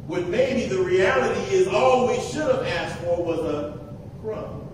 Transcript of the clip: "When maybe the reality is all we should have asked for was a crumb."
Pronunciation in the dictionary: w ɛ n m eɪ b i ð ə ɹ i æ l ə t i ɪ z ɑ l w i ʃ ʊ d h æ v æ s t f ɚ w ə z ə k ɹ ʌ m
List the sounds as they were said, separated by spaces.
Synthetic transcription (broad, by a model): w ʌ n m eɪ b i ð ə ɹ i æ l ə t i ɪ z ɑ l w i ʃ ʊ d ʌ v æ s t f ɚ w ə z ə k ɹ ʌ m